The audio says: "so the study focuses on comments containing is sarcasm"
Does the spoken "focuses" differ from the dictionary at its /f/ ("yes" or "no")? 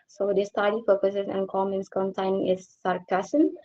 yes